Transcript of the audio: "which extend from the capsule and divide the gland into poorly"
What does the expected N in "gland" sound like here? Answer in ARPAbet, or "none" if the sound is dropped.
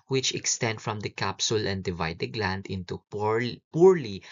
N